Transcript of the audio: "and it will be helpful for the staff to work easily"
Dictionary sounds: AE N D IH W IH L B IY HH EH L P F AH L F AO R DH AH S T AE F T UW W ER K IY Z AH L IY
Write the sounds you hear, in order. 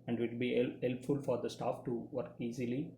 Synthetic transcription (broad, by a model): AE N D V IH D B IY HH EH L P F AH L F AO R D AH S T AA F T UW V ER K IY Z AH L IY